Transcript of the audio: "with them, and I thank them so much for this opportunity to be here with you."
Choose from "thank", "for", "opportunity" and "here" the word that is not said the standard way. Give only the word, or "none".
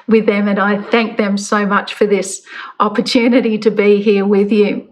none